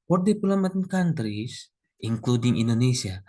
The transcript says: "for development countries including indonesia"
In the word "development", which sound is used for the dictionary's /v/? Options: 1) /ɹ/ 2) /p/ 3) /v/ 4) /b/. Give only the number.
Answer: 2